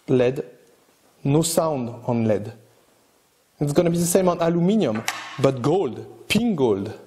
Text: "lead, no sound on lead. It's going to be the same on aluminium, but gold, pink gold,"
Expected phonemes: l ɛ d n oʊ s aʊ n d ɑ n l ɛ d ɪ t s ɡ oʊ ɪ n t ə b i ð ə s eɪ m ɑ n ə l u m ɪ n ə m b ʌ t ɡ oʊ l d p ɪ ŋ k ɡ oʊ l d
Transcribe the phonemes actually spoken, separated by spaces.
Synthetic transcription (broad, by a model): l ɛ d n oʊ s aʊ n d ɑ n l ɛ d ɪ t s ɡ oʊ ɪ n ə b i ð ə s eɪ m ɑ n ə l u m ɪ n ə m b ʌ t ɡ oʊ l d p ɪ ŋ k ɡ oʊ l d